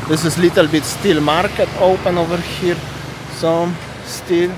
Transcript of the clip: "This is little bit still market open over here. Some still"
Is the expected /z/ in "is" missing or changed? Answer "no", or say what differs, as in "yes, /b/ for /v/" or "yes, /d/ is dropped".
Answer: yes, /s/ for /z/